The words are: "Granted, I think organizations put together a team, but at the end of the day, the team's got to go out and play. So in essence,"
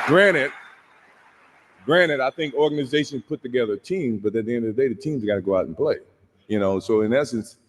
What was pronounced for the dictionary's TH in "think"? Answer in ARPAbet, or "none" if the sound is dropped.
TH